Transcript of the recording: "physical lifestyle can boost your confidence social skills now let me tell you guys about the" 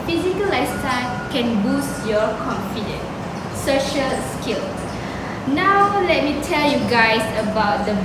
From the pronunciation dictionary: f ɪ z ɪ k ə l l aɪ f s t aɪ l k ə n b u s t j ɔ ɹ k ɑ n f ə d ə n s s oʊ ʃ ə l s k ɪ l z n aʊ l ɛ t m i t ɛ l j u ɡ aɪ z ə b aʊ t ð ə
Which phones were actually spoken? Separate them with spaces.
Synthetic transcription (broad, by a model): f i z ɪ k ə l l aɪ s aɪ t k ə n b u s t j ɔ k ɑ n f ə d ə n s s oʊ ʃ ə l s k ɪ l s n aʊ l ɛ t m i t ɛ l j u ɡ aɪ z ə b aʊ t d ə